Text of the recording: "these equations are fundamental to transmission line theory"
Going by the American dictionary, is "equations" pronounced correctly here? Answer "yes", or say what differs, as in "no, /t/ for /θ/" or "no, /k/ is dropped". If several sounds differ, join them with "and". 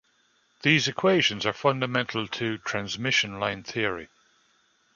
yes